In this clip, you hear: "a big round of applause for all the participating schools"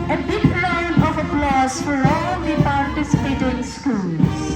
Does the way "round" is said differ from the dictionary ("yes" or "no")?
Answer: yes